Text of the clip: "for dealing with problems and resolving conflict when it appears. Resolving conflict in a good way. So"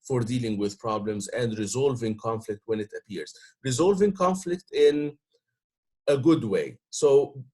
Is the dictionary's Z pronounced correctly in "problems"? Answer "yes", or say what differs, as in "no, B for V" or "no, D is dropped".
yes